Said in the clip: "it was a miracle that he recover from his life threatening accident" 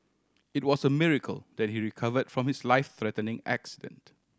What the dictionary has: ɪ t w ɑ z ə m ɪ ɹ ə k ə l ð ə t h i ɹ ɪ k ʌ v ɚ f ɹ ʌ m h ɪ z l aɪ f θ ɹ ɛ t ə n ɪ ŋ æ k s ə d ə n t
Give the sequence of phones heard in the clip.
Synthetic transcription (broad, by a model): ɪ t w ɑ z ə m ɪ ɹ ə k ə l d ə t h i ɹ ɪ k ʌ v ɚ f ɹ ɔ m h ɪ s l aɪ f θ ɹ ɛ t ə n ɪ ŋ æ k s ə d ə n t